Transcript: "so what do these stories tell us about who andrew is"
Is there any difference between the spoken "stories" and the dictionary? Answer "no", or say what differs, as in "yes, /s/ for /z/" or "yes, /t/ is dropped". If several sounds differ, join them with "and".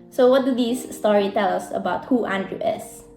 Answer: yes, /z/ is dropped